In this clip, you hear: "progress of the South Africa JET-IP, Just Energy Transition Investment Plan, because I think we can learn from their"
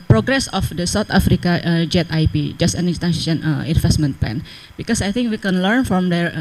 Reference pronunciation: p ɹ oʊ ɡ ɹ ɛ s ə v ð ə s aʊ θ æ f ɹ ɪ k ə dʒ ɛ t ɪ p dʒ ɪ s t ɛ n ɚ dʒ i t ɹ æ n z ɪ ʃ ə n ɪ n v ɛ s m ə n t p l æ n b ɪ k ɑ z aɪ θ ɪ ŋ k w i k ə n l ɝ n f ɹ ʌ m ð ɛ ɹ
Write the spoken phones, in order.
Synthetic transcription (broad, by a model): p ɹ oʊ ɡ ɹ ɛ s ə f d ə s aʊ t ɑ f ɹ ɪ k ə dʒ ɛ t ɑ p dʒ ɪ s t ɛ n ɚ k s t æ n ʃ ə n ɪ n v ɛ s m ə n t p l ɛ n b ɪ k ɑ s aɪ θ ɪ ŋ k w i k ə n l ɝ n f ɹ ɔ m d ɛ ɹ